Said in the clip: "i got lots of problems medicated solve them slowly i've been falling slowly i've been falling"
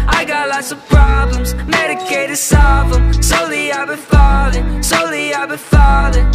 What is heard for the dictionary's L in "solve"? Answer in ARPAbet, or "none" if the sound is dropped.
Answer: none